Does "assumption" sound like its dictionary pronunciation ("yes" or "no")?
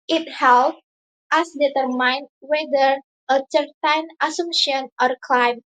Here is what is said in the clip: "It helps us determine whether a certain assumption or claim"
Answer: no